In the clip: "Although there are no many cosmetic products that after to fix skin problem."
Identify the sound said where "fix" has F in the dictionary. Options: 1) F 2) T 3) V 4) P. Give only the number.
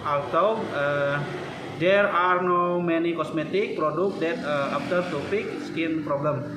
4